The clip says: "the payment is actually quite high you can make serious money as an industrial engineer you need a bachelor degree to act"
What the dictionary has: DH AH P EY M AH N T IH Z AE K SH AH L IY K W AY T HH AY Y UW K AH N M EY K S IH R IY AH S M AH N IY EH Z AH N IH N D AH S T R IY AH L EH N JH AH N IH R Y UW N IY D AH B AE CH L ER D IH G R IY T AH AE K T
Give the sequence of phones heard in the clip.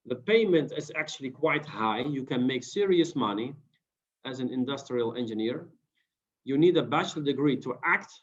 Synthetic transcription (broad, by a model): DH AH P EY M AH N T IH Z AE K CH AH L IY K W AY T HH AY Y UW K AH N M EY K S IH R IY AH S M AH N IY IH Z AH N IH N D AH S T R IY AH L EH N JH AH N IH R Y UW N IY D AH B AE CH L D IH G R IY T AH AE K T